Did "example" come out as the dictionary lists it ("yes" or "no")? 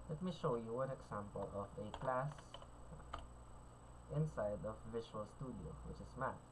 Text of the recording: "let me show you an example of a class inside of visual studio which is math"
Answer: no